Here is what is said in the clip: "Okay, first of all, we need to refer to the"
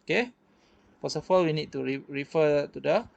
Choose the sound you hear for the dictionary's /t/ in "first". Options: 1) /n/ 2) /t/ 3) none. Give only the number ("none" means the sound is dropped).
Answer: 3